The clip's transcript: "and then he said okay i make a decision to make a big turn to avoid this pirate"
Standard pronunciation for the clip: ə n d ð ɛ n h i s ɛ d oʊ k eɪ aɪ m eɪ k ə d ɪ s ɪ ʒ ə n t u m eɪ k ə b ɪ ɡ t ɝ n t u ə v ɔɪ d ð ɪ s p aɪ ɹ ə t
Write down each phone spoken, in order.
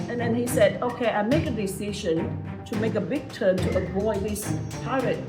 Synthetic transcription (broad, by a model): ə n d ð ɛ n h i s ɛ d oʊ k eɪ aɪ m eɪ k ə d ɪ s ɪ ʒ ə n t u m eɪ k ə b ɪ ɡ t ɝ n t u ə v ɔɪ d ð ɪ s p aɪ ɹ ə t